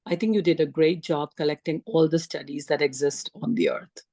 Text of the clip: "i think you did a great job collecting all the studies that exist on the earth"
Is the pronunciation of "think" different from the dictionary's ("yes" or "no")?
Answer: yes